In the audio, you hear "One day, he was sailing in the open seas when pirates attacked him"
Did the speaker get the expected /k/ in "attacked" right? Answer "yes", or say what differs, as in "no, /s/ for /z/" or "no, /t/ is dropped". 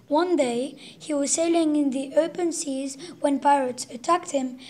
yes